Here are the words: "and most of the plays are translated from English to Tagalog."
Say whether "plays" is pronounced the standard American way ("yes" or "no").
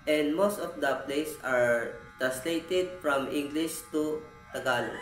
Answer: no